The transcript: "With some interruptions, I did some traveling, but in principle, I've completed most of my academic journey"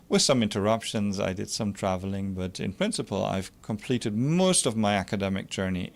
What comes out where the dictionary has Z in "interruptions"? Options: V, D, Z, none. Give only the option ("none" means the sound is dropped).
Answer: Z